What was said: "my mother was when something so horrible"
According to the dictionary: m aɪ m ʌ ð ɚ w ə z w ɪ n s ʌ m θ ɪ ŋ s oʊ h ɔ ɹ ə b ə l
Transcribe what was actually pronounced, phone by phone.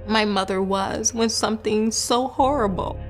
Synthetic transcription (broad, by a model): m aɪ m ʌ ð ɚ w ə z w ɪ n s ʌ m θ ɪ ŋ s oʊ h ɔ ɹ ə b l